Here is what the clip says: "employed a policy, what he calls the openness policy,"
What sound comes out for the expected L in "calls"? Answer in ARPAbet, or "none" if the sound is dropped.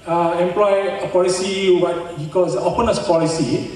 none